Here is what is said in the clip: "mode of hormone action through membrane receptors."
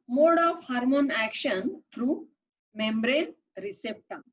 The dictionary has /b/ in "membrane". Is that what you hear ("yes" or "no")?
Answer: yes